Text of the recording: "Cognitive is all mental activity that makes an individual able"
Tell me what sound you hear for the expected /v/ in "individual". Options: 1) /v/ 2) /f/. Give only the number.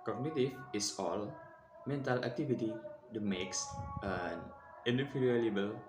2